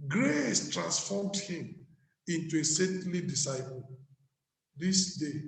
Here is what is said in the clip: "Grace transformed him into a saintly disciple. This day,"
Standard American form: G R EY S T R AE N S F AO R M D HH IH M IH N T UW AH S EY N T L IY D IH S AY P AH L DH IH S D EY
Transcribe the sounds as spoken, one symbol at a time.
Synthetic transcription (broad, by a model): G R EY S T R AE N S F AO M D HH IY M IH N T UW AH S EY T L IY D IH S AY P AH L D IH S D EY